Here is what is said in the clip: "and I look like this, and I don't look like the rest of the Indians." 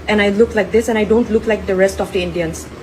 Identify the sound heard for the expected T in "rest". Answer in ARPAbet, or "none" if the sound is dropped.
T